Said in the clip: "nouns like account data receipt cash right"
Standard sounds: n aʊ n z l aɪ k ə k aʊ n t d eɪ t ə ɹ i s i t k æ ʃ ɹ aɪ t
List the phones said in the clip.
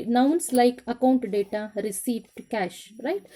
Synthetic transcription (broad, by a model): n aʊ n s l aɪ k ə k aʊ n t d eɪ t ə ɹ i s i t k æ ʃ ɹ aɪ t